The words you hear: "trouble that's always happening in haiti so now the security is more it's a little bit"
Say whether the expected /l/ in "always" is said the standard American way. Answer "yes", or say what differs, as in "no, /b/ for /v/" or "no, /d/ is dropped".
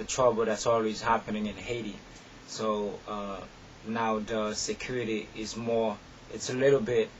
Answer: yes